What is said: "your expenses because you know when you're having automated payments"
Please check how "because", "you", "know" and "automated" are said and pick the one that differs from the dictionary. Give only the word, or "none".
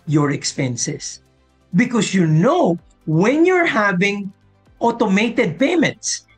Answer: because